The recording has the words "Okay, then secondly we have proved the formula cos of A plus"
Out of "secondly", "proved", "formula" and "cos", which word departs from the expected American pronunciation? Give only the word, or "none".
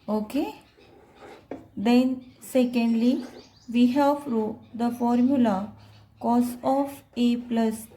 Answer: proved